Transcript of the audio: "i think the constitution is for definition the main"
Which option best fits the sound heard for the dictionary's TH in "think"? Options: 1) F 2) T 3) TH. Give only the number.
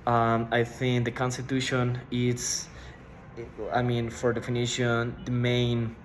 3